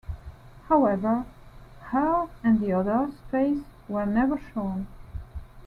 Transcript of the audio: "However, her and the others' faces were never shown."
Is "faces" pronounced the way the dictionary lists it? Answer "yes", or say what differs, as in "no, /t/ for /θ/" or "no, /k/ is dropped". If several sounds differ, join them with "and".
no, /s/ is dropped and /s/ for /z/